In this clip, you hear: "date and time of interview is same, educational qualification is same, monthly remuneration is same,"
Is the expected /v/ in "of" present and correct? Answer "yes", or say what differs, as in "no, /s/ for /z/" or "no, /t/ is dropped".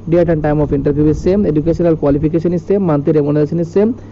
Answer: no, /p/ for /v/